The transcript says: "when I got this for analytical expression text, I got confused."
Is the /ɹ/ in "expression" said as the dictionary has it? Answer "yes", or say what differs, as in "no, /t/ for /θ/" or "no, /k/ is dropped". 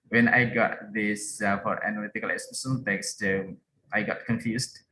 no, /ɹ/ is dropped